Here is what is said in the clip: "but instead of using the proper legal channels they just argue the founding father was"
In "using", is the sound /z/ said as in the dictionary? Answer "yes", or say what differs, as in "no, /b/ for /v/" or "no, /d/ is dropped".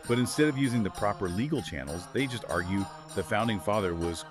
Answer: yes